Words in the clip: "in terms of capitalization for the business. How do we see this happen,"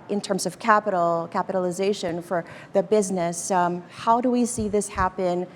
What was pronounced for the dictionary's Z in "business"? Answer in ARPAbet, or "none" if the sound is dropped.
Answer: Z